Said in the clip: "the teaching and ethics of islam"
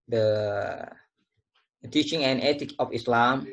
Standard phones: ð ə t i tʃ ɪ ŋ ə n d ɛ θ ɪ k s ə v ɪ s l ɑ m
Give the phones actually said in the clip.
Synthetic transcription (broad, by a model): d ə t i tʃ ɪ ŋ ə n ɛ t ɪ k ə f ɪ s l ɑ m